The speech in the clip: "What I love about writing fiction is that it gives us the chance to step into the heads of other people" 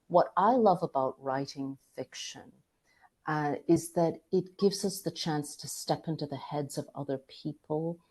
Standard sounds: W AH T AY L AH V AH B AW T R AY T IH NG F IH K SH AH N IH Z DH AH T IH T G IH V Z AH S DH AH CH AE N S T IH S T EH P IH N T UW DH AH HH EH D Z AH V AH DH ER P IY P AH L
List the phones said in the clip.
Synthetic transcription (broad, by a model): W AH T AY L AH V AH B AW T R AY T IH NG F IH K SH AH N IH Z DH AH T IH T G IH V Z AH S DH AH CH AE N S T IH S T EH P IH N T UW DH AH HH EH D Z AH V AH DH ER P IY P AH L